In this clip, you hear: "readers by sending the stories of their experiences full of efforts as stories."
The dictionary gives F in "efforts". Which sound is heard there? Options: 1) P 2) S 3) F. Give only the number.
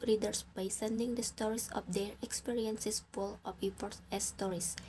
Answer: 1